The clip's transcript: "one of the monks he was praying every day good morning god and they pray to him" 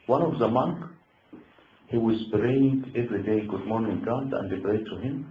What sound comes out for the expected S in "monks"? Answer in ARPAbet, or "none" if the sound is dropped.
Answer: none